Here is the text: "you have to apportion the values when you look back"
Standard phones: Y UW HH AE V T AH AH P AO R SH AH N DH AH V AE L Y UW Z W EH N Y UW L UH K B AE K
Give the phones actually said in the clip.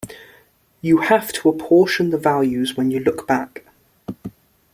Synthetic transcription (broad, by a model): Y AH HH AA F T AH AH P AO SH AH N DH AH V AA L Y UW Z W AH N Y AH L UH K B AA K